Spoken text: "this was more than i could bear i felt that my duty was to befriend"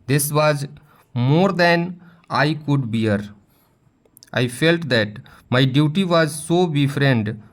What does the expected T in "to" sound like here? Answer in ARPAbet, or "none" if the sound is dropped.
S